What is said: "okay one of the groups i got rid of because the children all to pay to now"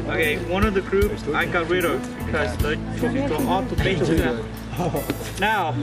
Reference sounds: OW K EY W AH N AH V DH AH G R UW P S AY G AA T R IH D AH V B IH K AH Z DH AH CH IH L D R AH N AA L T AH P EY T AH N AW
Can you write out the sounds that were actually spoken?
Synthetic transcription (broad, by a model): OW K EY W AH N AH V DH AH G R UW P S AY G AA T R IH D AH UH B IH K AH Z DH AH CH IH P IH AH AA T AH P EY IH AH N AW